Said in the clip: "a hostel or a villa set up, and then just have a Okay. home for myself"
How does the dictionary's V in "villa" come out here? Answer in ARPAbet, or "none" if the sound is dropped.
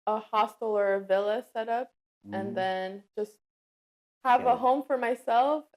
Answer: V